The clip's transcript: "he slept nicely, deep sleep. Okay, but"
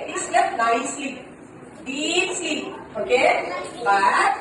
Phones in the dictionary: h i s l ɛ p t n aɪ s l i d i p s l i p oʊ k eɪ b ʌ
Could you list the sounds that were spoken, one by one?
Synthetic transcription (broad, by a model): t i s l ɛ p n aɪ s l i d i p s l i oʊ k eɪ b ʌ